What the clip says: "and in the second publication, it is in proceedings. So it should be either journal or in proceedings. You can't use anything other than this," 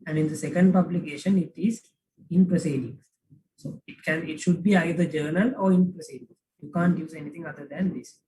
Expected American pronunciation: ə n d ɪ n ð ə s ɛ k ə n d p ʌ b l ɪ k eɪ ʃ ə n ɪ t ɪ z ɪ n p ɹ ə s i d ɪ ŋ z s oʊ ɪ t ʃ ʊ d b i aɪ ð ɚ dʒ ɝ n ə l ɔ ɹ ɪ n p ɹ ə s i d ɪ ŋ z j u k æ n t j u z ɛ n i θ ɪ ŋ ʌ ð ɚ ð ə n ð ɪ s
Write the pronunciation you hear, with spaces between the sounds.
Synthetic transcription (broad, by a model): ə n d ɪ n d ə s ɛ k ə n d p ʌ b l ɪ k eɪ ʃ ə n ɪ t ɪ z ɪ n p ɹ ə s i d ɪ ŋ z s oʊ ɪ t ʃ ʊ d b i aɪ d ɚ dʒ ɝ n ə l ɔ ɹ ɪ n p ɹ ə s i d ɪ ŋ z j u k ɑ n t j u z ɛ n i t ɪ ŋ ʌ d ɚ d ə n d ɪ s